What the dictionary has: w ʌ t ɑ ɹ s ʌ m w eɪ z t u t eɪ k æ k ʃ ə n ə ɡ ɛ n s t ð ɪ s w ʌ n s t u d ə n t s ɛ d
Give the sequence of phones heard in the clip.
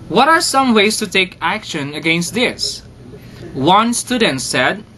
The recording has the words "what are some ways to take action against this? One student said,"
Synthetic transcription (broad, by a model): w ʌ t ɑ ɹ s ʌ m w eɪ s t u t eɪ k æ k ʃ ə n ə ɡ ɛ n s t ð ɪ s w ʌ n s t u d ə n t s ɛ d